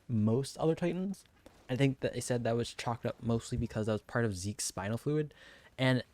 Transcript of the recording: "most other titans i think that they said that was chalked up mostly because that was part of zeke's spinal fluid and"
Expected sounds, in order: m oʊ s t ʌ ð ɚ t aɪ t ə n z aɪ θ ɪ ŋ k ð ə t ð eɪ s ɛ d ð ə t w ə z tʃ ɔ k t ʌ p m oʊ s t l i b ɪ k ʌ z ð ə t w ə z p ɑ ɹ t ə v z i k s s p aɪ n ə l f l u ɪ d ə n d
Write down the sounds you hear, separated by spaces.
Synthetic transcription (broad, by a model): m oʊ s t ʌ ð ɚ t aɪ t n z aɪ θ ɪ ŋ k ð ə t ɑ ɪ s ɛ d ð ə t w ə z tʃ ɔ k t ʌ p m oʊ s t l i b ɪ k ʌ z ð ə t w ə z p ɑ ɹ t ə v z i k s s p aɪ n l f l u ɪ d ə n